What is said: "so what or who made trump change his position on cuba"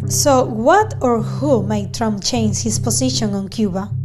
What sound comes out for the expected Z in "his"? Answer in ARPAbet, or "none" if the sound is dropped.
S